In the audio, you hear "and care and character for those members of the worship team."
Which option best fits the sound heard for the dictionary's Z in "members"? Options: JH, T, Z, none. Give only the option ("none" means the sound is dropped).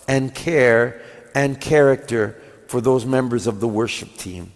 Z